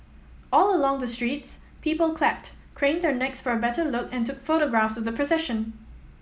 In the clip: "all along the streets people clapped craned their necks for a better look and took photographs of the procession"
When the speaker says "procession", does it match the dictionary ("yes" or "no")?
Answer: yes